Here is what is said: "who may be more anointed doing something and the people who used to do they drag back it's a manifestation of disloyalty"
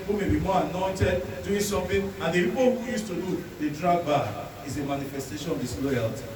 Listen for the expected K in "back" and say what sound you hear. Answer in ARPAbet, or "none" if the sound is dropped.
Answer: none